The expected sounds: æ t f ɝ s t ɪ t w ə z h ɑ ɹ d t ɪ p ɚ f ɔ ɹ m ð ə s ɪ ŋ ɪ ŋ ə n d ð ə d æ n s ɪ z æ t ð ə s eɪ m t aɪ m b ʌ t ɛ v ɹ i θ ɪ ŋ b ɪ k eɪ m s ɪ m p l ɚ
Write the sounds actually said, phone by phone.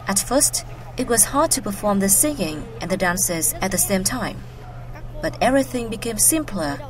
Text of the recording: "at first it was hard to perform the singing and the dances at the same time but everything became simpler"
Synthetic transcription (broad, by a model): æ t f ɝ s t ɪ t w ə z h ɑ ɹ d t ɪ p ɚ f ɔ ɹ m ð ə s ɪ ŋ ɪ ŋ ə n ð ə d æ n s ɪ z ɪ t ð ə s eɪ m t aɪ m b ʌ t ɛ v ɹ i θ ɪ ŋ b ɪ k eɪ m s ɪ m p l ɚ